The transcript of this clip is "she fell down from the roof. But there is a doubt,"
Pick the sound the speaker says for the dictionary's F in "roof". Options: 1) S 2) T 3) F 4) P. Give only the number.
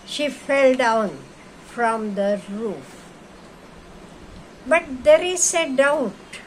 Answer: 3